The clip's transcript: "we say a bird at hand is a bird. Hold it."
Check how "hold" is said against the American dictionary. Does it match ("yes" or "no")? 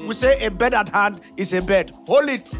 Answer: no